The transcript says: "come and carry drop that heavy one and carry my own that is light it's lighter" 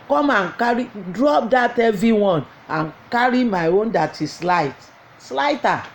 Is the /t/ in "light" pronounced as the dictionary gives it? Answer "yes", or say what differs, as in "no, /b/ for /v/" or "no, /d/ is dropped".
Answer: no, /t/ is dropped